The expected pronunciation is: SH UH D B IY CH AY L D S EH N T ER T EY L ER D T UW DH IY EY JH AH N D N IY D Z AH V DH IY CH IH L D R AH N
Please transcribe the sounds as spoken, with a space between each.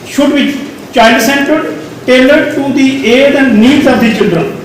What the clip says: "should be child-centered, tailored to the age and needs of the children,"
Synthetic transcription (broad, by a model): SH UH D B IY CH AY N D S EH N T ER T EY L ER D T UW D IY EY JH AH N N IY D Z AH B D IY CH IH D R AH